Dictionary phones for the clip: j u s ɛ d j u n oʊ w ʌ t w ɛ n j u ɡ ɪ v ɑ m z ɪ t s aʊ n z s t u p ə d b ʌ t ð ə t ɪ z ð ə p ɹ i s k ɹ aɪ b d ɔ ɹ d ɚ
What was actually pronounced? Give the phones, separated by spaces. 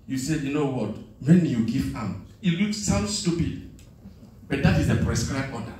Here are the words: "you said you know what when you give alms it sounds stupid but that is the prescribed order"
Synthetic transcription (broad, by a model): j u s ɛ d j u n oʊ w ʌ t w ɛ n j u ɡ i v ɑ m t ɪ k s aʊ n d s t u p ə d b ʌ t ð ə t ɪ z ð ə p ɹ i s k ɹ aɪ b ɔ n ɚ